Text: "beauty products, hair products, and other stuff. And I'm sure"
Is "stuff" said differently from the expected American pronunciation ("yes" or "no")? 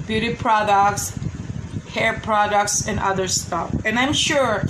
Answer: no